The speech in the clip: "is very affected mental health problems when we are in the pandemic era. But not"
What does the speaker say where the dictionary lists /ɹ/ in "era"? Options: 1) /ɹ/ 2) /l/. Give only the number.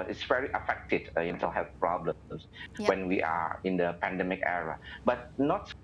1